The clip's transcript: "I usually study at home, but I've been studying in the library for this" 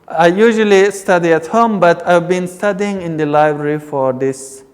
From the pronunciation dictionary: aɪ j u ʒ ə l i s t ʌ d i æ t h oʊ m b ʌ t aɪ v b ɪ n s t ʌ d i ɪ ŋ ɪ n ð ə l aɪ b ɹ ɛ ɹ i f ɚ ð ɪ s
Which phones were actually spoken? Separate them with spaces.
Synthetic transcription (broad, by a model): aɪ j u ʒ ə l i s t ʌ d i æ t h oʊ m b ʌ t aɪ v b ɪ n s t ʌ d i ɪ ŋ ɪ n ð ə l aɪ b ɹ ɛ ɹ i f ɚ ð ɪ s